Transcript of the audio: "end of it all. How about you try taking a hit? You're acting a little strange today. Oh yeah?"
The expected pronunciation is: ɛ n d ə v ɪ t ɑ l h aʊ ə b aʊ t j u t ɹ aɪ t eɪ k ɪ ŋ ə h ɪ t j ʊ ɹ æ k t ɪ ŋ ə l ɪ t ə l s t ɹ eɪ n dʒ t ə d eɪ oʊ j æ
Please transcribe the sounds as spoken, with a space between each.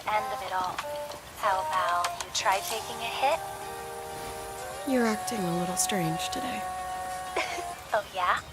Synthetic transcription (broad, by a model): ɛ n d ə v ɪ t ɑ l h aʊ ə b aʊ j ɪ t ɹ aɪ t eɪ k ɪ ŋ ə h ɪ t j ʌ ɹ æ k t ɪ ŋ ə l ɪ t l s t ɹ eɪ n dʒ t ə d eɪ oʊ j æ